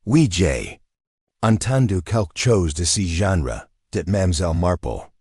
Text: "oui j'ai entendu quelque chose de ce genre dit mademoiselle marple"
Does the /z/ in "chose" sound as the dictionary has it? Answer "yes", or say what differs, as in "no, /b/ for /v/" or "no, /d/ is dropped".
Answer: yes